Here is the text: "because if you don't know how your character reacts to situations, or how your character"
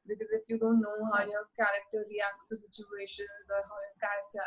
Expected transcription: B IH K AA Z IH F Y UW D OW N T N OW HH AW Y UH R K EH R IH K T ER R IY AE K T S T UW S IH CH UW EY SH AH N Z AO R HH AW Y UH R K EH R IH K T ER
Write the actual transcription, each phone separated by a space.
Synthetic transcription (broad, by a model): B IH K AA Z IH F Y UW D OW N T N OW HH AW Y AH R K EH R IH K T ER R IY AE K T S T UW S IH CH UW EY SH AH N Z AO R HH AW Y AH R K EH R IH K T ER